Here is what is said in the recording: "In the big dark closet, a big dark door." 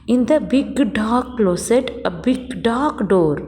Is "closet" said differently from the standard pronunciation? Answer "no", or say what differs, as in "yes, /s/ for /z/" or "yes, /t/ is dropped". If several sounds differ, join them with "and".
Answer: yes, /s/ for /z/